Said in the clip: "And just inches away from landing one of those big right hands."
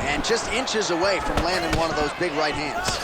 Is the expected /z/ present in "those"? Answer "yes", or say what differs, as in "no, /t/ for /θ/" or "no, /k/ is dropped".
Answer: yes